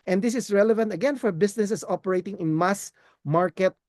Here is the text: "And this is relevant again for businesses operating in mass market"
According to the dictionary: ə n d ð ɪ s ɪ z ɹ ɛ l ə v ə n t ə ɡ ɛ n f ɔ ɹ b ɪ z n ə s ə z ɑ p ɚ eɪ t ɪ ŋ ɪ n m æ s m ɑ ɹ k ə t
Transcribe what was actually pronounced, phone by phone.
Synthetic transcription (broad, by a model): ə n d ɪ s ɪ s ɹ ɛ l ə v ə n t ə ɡ ɛ n f ɔ ɹ b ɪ s n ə s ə s ɑ p ɚ eɪ t ɪ ŋ ɪ n m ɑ s m ɑ ɹ k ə t